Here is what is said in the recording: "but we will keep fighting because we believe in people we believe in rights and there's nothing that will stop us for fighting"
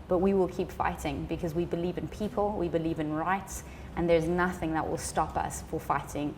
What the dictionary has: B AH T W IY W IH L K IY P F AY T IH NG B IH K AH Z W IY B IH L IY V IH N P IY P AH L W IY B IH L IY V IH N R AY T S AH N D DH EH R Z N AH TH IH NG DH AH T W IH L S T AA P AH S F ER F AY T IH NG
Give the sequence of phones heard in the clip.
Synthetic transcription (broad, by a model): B AH T W IY W IH L K IY P F AY T IH NG B IH K AH Z W IY B IH L IY V IH N P IY P AH L W IY B IH L IY V IH N R AY T S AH N DH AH R Z N AH TH IH NG DH AH T W IH L S T AA P AH S F ER F AY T IH NG